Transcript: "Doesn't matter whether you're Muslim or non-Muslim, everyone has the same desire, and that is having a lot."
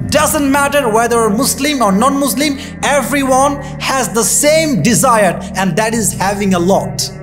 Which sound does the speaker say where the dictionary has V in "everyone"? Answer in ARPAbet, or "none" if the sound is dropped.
V